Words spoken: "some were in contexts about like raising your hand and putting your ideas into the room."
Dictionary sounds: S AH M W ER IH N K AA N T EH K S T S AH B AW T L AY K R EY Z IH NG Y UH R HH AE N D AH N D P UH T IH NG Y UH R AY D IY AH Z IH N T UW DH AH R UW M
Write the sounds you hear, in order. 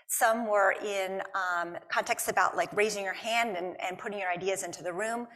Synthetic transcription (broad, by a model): S AH M W ER IH N K AA N T EH K S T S AH B AW T L AY K R EY Z IH NG Y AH R HH AE N D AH N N P UH T IH NG Y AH R AY D IY AH Z IH N T UW DH AH R UW M